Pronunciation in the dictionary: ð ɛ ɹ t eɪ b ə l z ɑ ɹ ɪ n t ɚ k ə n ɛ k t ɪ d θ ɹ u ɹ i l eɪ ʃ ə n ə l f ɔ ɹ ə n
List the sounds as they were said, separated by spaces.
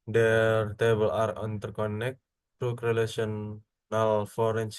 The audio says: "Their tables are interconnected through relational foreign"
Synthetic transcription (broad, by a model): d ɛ ɹ t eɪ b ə l ɑ ɹ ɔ n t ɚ k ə n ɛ k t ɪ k ɹ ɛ l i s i ə n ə l f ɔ ɹ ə n